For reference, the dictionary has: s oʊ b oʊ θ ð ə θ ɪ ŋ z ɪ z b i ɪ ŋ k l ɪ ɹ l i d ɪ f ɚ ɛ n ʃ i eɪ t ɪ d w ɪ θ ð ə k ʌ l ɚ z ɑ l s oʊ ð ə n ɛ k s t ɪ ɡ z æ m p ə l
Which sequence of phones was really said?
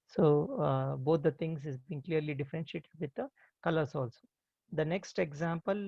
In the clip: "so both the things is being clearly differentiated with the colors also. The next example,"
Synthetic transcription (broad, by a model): s oʊ b oʊ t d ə t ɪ ŋ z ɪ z b i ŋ k l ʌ ɹ l i d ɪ f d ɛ n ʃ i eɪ t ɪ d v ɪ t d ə k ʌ l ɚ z ɑ l s oʊ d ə n ɛ k s t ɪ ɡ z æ m p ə l